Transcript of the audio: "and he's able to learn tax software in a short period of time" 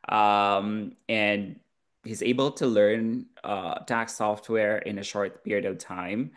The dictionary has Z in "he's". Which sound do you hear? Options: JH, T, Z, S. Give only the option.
Z